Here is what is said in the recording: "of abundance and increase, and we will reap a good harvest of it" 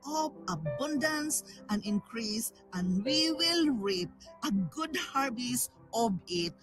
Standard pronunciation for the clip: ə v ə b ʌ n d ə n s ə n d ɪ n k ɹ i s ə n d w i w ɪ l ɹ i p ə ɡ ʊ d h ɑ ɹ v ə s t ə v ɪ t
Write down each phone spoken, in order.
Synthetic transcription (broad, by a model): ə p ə b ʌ n d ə n s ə n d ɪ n k ɹ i s ə n d w i w ɪ l ɹ i p ə ɡ ʊ d h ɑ ɹ b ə s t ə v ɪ t